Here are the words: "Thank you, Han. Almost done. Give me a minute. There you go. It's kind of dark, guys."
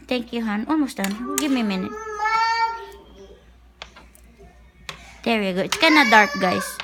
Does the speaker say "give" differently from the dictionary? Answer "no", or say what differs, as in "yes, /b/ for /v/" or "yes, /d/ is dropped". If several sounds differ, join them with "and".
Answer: yes, /b/ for /v/